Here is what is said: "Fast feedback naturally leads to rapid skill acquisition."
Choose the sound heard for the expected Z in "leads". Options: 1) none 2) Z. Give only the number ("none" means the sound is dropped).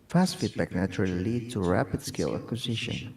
1